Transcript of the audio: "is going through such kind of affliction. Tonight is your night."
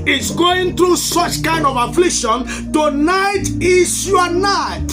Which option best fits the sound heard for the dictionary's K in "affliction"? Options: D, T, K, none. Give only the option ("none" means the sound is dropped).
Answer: K